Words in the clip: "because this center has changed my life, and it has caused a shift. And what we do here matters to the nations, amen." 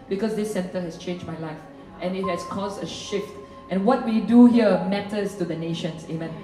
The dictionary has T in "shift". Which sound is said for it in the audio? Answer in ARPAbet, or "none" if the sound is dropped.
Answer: T